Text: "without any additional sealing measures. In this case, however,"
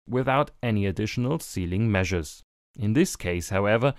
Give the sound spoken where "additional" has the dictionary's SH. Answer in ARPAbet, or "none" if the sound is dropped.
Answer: SH